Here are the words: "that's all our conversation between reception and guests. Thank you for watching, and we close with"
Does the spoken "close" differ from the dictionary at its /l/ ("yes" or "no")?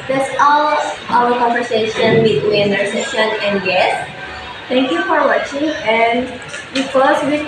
yes